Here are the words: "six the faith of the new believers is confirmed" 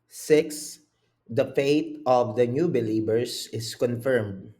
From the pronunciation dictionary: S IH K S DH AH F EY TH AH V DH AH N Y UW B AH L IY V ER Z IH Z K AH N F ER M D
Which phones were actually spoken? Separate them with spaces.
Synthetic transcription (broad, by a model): S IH K S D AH F EY T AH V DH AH N Y UW B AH L IY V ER S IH S K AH N F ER M D